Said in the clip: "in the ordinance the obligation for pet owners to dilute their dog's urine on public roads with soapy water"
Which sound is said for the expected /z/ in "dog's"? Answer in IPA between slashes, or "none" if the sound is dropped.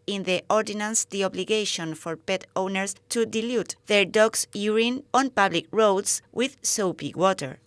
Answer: /s/